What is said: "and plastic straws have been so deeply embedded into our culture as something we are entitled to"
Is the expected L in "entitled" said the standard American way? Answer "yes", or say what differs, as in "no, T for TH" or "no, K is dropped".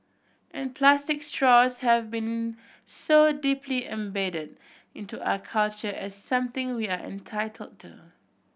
yes